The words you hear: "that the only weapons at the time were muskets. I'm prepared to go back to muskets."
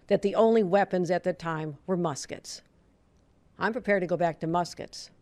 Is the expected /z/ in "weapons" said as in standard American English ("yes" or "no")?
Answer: yes